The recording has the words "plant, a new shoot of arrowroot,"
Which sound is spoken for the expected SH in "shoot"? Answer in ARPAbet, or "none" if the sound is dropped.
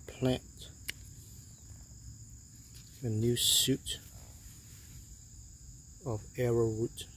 S